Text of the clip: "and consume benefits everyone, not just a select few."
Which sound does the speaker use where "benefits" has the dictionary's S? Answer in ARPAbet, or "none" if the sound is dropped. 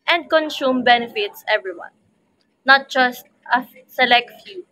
S